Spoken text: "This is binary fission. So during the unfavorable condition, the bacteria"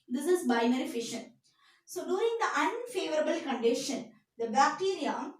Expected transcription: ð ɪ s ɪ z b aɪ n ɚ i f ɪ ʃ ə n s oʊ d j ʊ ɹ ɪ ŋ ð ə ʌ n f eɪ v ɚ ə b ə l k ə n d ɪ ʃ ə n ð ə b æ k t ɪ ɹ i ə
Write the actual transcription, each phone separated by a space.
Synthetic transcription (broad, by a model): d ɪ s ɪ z b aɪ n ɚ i f ɪ ʃ ə n s oʊ d j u ɹ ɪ ŋ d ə ʌ n f eɪ v ɚ ə b ə l k ə n d ɪ ʃ ə n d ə b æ k t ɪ ɹ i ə